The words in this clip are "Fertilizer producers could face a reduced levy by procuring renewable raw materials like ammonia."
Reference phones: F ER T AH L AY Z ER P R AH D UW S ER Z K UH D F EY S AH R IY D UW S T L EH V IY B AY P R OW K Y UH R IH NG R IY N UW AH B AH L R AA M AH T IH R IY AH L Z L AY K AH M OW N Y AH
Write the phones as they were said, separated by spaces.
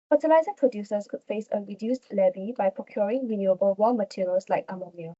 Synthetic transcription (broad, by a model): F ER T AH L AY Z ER P R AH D UW S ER S K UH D F EY S AH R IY D UW S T L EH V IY B AY P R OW K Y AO R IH NG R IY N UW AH B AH L W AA M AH T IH R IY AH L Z L AY K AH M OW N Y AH